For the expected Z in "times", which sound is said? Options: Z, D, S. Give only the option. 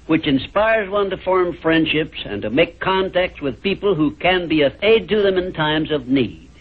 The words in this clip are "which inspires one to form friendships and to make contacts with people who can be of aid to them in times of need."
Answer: Z